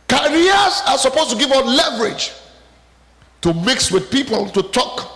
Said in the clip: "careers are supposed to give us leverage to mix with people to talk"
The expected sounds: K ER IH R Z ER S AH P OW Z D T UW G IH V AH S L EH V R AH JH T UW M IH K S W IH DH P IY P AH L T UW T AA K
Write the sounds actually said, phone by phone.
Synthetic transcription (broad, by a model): K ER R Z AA S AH P OW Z T UW G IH V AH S L EH V R AH JH T UW M IH K S W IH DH P IY P AH L T UW T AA K